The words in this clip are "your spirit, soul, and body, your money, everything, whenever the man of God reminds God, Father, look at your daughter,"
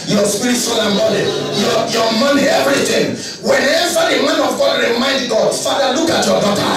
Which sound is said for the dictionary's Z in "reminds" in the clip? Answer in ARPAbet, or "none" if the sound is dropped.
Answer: none